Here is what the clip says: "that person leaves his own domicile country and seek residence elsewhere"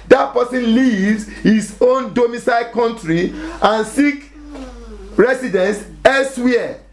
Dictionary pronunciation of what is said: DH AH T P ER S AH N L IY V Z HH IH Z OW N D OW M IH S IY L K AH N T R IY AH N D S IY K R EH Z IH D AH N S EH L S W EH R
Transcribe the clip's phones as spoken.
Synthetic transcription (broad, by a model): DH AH T P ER S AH N L IY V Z HH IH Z OW N D OW M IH S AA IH K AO N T R IY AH N S IY K R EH S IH D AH N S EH L S W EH